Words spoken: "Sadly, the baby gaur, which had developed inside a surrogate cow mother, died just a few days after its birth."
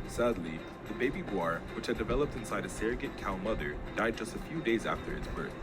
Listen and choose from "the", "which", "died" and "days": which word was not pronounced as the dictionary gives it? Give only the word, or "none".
none